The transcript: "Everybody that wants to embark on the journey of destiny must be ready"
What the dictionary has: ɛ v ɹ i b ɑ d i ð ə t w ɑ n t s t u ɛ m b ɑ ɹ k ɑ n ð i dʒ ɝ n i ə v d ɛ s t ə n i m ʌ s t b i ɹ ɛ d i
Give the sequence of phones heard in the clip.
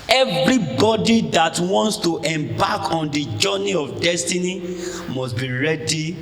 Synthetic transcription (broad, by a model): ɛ v ɹ i b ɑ d i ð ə t w ɑ n t s t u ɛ m b ɑ k ɑ n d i dʒ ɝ n i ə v d ɛ s t ə n i m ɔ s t b i ɹ ɛ d i